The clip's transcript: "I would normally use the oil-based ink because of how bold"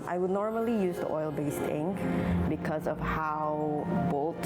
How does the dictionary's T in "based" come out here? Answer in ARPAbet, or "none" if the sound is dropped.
T